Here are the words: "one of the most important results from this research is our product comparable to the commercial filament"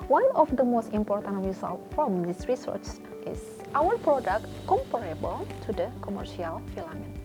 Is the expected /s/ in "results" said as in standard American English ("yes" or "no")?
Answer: no